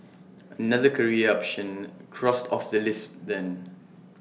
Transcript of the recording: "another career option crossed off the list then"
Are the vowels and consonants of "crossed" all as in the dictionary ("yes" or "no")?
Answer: yes